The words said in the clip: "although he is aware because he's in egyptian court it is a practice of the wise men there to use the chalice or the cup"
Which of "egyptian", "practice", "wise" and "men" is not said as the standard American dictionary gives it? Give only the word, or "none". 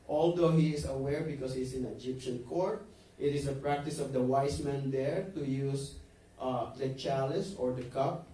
wise